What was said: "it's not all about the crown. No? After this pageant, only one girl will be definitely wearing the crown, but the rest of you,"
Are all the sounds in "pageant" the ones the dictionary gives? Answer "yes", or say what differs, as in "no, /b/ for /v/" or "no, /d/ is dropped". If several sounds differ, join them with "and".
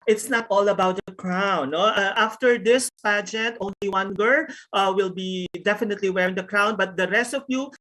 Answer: yes